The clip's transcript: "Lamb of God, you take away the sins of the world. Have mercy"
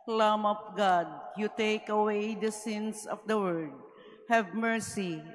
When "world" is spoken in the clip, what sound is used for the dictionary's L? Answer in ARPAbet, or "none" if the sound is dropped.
none